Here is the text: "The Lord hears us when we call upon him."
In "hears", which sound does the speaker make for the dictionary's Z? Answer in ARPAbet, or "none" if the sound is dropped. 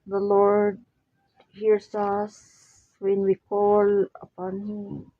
S